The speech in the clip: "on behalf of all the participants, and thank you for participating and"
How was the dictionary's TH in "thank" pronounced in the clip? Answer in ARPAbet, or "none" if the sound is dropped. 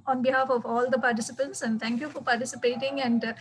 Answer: T